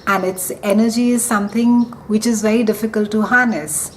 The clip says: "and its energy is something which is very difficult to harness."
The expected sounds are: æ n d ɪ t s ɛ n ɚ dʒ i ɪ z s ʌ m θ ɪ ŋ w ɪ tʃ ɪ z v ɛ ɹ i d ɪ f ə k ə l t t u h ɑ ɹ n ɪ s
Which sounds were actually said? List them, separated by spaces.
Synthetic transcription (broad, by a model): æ n d ɪ t s ɛ n ɚ dʒ i ɪ z s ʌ m t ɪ ŋ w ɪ tʃ ɪ z v ɛ ɹ i d ɪ f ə k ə l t t u h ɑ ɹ n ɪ s